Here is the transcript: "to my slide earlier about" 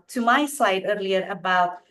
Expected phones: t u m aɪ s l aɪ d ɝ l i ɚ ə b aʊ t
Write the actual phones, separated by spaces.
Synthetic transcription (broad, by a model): t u m aɪ s aɪ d ɝ l i ɚ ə b aʊ t